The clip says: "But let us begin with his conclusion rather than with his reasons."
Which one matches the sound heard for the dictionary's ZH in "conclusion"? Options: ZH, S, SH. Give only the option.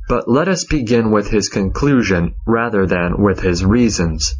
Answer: ZH